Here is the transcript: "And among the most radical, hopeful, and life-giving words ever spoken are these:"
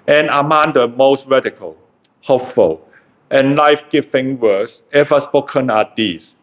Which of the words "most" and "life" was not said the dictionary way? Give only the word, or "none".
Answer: none